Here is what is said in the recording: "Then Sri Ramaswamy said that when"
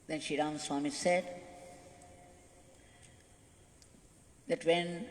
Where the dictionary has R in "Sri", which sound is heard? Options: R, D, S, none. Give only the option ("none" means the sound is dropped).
none